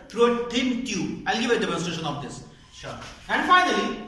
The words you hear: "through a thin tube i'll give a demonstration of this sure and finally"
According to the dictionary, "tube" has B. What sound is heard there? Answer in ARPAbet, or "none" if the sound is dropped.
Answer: none